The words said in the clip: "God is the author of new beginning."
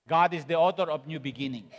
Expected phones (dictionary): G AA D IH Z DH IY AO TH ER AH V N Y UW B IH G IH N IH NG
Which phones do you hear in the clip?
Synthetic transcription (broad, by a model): G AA D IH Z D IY AO T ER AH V N Y UW B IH G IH N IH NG